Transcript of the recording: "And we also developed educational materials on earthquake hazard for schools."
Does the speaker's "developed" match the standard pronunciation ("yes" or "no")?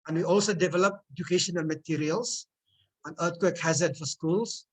no